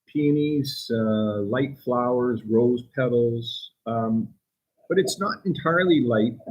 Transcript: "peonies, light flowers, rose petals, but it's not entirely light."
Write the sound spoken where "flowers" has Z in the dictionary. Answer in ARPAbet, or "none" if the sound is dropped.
Z